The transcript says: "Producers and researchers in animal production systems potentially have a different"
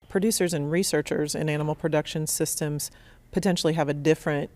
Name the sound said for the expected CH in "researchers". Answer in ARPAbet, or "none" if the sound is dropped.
CH